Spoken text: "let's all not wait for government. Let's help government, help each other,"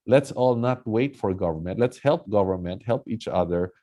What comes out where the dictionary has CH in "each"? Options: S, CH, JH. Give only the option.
CH